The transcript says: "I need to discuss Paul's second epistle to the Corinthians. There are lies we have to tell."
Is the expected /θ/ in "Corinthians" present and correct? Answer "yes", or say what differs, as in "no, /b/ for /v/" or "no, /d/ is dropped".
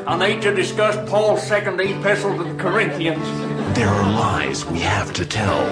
yes